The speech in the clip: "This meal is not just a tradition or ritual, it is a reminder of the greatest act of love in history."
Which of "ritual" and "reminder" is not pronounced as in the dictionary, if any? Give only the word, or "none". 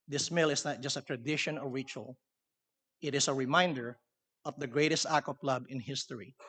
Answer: none